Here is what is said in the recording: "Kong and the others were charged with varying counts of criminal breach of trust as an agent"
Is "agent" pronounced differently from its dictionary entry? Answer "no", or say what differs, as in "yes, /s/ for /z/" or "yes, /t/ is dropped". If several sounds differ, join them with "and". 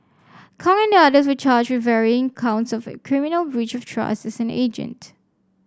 no